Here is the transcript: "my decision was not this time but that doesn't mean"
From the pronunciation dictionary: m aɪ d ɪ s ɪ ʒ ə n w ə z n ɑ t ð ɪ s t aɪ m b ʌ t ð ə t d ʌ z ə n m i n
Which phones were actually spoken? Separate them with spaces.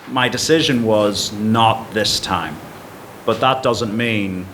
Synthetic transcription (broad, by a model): m aɪ d ɪ s ɪ ʒ ə n w ə z n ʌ t ð ɪ s t aɪ m b ʌ t ð ə t d ʌ z ə n m i n